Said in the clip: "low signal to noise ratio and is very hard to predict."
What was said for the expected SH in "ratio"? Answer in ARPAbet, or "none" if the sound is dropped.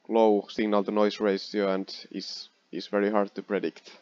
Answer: S